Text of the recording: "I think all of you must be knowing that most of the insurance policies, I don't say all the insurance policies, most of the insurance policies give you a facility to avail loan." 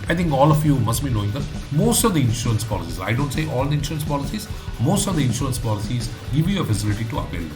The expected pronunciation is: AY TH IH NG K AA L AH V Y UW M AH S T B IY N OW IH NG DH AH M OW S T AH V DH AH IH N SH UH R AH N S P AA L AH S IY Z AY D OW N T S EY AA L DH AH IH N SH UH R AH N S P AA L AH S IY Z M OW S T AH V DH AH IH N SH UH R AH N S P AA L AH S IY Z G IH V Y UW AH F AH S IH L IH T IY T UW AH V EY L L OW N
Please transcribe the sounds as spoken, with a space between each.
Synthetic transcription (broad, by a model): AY T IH NG K AA L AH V Y UW M AH S T B IY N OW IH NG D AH M OW S T AH V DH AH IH N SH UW R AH N S P AA L AH S IY Z AY D OW N T S EY AA L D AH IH N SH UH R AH N S P AA L AH S IY Z M OW S T AH V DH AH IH N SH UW R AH N S P AA L AH S IY Z G IH V Y UW AH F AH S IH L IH T IY T UW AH P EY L L